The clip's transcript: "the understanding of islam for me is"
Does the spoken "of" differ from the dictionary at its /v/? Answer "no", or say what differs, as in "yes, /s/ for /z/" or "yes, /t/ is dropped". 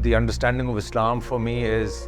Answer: no